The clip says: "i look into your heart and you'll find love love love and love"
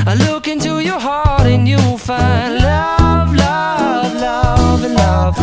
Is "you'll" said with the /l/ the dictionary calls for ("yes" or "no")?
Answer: no